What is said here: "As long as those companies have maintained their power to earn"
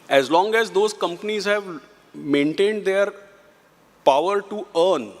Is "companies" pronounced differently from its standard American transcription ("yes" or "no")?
no